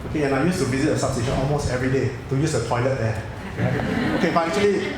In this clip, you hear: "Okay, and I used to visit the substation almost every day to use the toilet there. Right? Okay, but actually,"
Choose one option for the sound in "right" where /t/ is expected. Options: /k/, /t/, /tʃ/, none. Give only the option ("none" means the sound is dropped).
none